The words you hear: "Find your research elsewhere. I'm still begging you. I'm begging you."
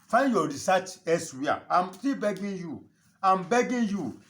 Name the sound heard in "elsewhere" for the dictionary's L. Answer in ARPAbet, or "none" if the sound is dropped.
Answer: none